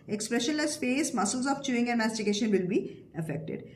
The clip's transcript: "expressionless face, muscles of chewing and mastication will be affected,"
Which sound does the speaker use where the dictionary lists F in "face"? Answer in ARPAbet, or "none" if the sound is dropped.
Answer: P